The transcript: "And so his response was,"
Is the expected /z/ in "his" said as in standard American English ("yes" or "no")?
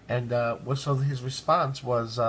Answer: yes